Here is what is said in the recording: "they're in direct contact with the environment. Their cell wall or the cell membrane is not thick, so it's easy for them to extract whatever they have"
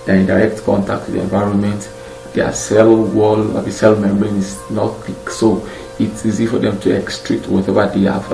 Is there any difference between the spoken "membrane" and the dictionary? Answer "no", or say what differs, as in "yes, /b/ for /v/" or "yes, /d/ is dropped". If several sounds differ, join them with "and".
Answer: yes, /ɹ/ is dropped